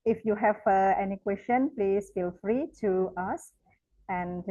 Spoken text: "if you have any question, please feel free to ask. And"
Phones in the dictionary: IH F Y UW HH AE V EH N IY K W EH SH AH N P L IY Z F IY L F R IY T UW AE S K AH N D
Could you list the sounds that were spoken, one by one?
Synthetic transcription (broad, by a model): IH F Y UW HH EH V EH N IY K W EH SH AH N P L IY S F IY L F R IY T UW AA S AH N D